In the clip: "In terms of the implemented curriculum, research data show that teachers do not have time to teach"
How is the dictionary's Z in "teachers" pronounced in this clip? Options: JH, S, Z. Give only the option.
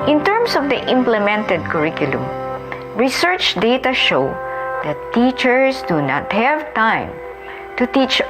S